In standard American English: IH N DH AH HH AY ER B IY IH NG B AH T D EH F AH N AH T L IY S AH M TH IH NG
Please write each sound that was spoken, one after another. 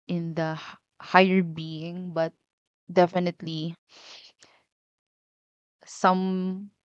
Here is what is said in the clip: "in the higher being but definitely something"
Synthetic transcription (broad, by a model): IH N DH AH HH AY ER B IY IH NG B AH T D EH F AH N AH T L IY S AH M